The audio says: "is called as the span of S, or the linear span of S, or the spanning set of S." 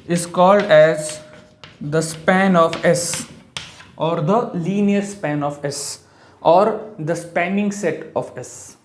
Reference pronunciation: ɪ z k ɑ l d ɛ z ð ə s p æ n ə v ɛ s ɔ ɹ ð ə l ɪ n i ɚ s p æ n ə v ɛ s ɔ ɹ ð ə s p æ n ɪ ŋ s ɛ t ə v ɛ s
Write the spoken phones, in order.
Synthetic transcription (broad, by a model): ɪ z k ɑ l d ɛ z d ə s p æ n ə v ɛ s ɔ ɹ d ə l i n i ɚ s p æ n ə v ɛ s ɔ ɹ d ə s p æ n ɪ ŋ s ɛ t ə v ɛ s